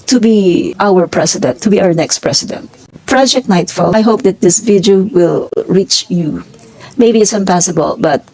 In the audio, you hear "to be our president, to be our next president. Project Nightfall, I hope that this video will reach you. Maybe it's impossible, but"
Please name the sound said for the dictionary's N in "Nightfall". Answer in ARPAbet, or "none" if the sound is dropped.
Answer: N